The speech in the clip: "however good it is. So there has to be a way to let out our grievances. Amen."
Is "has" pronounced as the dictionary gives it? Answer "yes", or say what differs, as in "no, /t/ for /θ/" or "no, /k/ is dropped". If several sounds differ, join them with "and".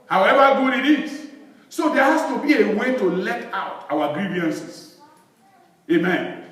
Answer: no, /s/ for /z/